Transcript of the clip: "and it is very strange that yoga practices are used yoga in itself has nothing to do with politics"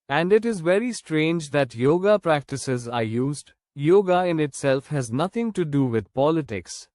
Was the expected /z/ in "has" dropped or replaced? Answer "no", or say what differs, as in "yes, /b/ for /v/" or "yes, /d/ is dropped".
no